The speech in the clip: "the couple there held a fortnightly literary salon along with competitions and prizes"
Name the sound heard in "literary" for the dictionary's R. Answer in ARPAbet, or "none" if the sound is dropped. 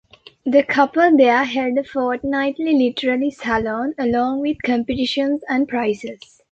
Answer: L